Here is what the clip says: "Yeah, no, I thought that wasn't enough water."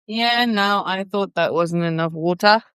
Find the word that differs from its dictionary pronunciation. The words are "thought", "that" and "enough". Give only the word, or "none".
none